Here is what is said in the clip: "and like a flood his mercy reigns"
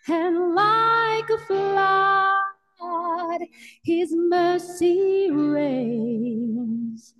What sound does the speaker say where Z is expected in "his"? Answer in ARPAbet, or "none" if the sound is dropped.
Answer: Z